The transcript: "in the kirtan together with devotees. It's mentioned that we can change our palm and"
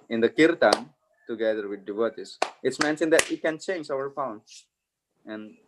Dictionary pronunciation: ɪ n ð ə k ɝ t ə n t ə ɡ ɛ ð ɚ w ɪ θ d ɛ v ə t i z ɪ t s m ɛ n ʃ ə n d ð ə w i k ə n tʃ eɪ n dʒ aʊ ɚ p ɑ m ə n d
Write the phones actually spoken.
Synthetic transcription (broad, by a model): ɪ n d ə k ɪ t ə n t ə ɡ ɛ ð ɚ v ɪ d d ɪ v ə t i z ɪ t s m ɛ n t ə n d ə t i k ə n tʃ eɪ n dʒ aʊ ɚ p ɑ ə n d